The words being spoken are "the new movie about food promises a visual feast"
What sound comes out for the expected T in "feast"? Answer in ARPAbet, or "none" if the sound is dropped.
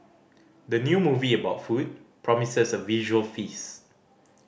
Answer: none